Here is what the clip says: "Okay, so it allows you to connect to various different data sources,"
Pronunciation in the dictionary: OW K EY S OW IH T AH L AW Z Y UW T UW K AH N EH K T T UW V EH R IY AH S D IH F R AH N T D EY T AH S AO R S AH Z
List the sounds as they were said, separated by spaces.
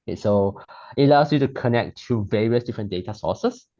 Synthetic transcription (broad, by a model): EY S OW IH T L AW S Y UW T UW K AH N EH K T T UW V EH R IY AH S D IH F R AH N D EY T AH S AO S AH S